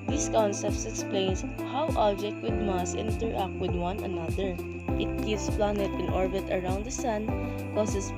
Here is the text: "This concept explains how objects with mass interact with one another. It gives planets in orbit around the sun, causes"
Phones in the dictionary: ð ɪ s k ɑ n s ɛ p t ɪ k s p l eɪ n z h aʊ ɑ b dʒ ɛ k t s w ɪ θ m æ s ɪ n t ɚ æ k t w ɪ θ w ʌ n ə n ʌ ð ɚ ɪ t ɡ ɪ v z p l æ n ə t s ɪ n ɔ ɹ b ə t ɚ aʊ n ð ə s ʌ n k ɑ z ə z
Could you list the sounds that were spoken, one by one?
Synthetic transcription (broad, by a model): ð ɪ s k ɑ n s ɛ p t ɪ k s p l eɪ n s h aʊ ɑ b dʒ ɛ k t w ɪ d m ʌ s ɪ n t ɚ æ k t w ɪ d w ʌ n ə n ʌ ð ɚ ɪ t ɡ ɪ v s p l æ n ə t ɪ n ɔ ɹ b ə t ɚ aʊ n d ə s ʌ n k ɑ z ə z